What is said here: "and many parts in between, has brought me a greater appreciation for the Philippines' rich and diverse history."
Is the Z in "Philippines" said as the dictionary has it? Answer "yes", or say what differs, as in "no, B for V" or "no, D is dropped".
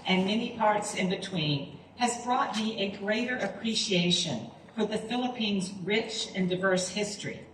yes